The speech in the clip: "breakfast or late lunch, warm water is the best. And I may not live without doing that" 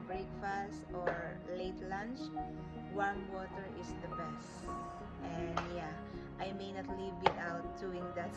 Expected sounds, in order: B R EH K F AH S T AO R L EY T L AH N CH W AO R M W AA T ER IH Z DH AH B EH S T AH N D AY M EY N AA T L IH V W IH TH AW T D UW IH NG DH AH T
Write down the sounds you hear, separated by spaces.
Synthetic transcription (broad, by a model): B R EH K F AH S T AO R L EY T L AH N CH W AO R W AA T ER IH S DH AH B EH S T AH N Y AY M EY N AA T L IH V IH T AW T D UW IH NG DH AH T